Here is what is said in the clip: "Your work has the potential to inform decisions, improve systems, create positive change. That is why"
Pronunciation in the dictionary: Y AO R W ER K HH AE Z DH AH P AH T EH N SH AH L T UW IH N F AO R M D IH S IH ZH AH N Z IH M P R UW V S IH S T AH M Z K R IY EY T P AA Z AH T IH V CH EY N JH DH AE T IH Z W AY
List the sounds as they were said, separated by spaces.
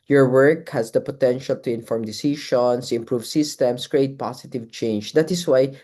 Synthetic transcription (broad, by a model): Y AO R W ER K HH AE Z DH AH P AH T EH N SH AH L T UW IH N F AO R M D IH S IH SH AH N S IH M P R UW V S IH S T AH M S K R IY EY T P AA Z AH T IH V CH EY N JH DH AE T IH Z W AY